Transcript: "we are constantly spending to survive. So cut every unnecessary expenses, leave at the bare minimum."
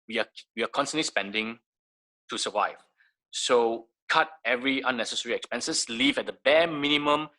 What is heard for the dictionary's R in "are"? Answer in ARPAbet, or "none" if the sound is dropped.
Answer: W